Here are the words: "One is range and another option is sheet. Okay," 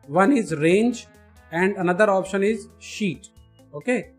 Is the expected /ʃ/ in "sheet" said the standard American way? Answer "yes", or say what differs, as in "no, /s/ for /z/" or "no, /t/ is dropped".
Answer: yes